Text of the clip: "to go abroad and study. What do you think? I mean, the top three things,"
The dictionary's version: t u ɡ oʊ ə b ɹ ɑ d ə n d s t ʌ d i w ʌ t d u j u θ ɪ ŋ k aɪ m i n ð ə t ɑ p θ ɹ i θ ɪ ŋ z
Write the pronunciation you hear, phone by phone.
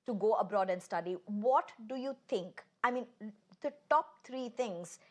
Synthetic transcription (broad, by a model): t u ɡ oʊ ə b ɹ ɑ d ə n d s t ʌ d i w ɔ t d u j u t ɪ ŋ k aɪ m i n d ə t ɑ p t ɹ i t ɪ ŋ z